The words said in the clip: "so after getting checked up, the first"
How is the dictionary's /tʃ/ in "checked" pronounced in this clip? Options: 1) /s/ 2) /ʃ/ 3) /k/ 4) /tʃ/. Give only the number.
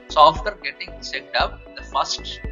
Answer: 1